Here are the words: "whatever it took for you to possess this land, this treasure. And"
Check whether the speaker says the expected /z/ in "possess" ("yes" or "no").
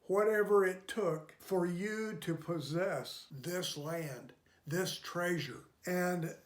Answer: yes